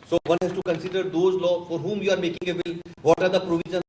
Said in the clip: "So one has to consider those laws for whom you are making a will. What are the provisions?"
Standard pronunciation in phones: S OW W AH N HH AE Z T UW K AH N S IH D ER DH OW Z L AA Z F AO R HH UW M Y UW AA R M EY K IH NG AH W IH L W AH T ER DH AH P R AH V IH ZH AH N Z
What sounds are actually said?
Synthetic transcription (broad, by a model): S OW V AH N HH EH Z T UW K AH N S IH D ER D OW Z L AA F AO R HH UW M Y UW AA R M EY K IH NG AH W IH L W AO T ER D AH P R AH V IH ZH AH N